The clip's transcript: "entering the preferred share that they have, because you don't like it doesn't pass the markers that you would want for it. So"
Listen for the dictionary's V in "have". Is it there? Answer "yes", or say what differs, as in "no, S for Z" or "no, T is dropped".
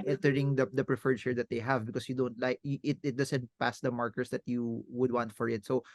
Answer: yes